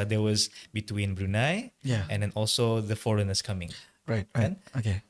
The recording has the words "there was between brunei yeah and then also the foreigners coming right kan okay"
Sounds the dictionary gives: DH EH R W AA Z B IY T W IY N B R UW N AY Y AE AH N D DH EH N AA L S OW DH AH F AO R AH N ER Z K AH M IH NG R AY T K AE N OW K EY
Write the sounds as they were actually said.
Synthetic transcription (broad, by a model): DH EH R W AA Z B IY T W IY N B R UW N AY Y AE AH N D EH N AA L S OW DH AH F AO R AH N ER S K AH M IH NG R AY T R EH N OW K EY